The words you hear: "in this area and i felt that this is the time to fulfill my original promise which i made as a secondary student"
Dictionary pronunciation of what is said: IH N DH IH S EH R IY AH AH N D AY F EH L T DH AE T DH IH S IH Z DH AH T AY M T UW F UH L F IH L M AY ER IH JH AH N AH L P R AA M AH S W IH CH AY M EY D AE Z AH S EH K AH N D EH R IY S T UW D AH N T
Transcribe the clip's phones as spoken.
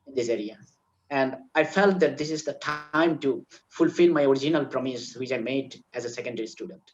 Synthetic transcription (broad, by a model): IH N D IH S EH R IY AH AH N D AY F EH L T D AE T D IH S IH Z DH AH T AY M T UW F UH L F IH L M AY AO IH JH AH N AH L P R AA M AH S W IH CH AY M EY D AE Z AH S EH K AH N D EH R IY S T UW D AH N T